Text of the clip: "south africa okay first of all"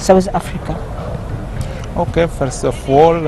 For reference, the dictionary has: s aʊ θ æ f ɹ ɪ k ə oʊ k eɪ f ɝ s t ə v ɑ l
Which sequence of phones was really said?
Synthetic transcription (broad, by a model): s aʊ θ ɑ f ɹ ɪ k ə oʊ k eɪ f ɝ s ə f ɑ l